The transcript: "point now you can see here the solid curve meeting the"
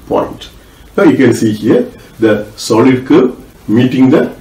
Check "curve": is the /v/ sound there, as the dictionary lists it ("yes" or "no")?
no